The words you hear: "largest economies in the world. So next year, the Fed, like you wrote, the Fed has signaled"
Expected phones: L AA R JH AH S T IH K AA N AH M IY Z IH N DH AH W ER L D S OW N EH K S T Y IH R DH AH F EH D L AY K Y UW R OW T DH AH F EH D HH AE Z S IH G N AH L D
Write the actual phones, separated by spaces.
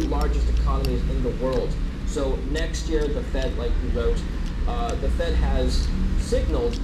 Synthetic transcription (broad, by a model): L AA R JH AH S T IH K AA N AH M IY Z IH N DH AH W ER L D S OW N EH K S T Y IH R DH AH F EH D L AY K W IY R OW T DH AH F EH D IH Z S IH G N L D